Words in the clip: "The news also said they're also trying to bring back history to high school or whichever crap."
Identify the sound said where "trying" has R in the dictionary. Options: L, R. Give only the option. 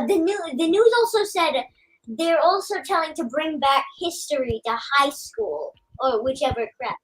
L